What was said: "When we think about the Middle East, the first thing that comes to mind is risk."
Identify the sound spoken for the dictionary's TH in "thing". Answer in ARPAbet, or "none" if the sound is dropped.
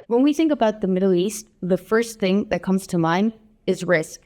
TH